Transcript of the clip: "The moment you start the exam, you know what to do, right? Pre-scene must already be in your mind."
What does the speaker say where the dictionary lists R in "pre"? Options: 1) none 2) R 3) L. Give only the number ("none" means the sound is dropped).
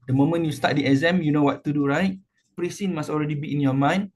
2